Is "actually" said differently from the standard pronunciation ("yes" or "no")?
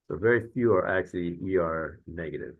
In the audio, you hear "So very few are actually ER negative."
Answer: yes